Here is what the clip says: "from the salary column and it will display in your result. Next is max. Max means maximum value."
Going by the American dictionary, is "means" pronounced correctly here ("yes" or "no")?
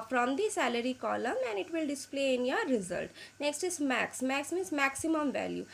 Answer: no